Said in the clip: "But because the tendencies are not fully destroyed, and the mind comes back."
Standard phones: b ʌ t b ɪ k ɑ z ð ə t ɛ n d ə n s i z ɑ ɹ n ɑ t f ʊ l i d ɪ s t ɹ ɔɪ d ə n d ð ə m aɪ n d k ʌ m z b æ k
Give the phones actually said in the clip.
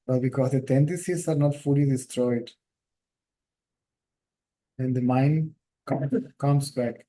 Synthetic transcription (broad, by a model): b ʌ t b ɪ k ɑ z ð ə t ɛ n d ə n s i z ɑ ɹ n ɑ t f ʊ l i d ɪ s t ɹ ɔɪ d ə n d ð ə m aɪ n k k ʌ m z b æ k